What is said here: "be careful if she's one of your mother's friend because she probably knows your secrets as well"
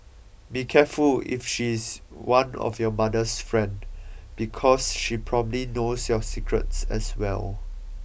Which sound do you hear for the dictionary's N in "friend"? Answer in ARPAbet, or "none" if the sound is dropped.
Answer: N